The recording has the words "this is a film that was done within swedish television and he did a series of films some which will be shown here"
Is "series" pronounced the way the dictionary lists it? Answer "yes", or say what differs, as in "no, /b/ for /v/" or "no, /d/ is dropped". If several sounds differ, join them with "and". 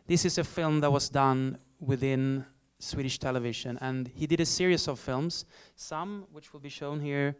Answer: no, /s/ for /z/